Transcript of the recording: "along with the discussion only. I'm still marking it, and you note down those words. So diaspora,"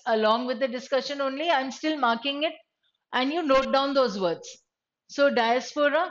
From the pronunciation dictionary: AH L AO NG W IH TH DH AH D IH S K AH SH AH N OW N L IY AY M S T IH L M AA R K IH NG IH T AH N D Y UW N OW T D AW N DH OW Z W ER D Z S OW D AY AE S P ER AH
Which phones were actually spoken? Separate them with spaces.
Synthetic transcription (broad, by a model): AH L AO NG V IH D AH D IH S K AH SH AH N OW N L IY AY M S T IH L M AA R K IH NG IH T AH N D Y UW N OW T D AW N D OW Z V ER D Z S OW D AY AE S P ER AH